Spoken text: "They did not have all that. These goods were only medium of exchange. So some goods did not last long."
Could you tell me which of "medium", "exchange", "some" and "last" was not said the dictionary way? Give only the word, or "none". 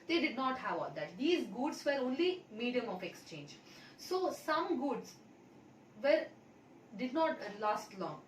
none